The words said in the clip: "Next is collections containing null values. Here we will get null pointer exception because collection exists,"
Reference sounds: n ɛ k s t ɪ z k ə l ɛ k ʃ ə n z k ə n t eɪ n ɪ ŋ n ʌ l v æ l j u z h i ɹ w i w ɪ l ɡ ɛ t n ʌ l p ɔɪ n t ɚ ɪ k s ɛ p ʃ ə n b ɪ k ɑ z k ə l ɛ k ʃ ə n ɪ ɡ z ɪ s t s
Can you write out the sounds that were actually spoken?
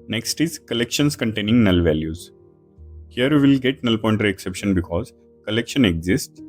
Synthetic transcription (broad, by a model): n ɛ k s t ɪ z k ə l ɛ k ʃ ə n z k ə n t eɪ n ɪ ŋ n ʌ l v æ l j u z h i ɹ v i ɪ l ɡ ɛ t n ʌ l p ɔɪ n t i ɪ k s ɛ p ʃ ə n b ɪ k ɑ z k ə l ɛ k ʃ ə n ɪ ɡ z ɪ s t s